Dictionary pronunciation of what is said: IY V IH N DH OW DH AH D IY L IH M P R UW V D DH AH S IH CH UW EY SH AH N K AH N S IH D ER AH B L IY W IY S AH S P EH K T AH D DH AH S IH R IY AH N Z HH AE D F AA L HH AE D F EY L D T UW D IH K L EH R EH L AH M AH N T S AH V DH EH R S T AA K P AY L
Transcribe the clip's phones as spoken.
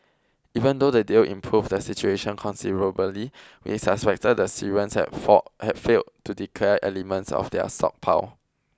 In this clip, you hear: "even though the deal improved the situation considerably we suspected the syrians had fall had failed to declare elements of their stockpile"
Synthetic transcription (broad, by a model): IY V IH N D OW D AH D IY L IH M P R UW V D AH S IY CH UW EY SH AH N K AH N S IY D ER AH B L IY W IY S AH S P EH K T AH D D AH S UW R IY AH N S HH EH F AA HH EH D F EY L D T UW D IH K L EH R EH L AH M AH N T S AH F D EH S T AA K P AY W